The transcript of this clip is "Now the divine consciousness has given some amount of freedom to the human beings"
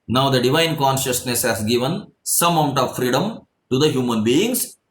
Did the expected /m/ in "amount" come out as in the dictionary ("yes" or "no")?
no